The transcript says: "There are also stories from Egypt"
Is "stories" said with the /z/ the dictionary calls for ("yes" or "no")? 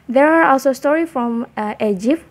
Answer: no